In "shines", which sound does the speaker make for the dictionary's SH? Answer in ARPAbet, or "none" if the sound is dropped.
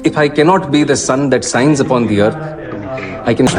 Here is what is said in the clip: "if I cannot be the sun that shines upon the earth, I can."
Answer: S